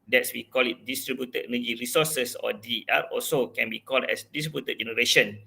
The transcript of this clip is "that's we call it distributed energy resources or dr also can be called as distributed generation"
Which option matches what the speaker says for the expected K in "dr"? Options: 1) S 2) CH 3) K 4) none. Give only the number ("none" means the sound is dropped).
4